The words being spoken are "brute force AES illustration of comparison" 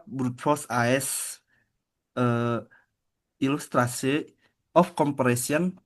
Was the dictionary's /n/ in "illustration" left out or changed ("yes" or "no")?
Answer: yes